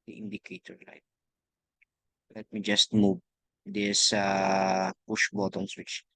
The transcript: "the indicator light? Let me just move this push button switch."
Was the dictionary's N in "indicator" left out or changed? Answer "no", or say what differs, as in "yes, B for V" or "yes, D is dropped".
no